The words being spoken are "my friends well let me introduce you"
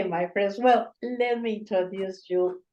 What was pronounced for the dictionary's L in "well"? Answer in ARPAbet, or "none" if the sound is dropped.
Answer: L